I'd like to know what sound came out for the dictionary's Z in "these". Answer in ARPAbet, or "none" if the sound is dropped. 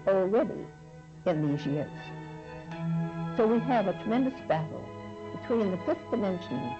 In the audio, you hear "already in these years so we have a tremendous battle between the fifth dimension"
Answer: Z